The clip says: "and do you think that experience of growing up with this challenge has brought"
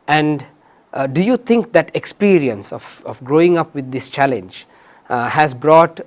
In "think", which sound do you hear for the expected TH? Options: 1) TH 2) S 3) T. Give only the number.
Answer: 3